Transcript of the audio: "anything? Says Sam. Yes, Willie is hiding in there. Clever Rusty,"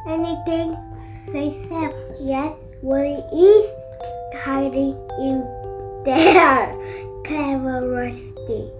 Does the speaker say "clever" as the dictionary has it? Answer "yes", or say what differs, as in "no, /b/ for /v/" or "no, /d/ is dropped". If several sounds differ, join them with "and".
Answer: no, /l/ is dropped